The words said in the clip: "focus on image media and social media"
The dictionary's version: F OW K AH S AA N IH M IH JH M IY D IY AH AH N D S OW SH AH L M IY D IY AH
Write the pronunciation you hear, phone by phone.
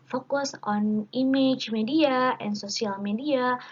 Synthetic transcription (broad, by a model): F OW K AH S AA N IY M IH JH M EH D IY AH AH N S OW S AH L M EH D IY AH